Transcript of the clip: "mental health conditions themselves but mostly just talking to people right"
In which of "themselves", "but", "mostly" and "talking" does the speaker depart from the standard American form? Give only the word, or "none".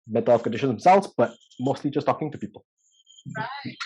themselves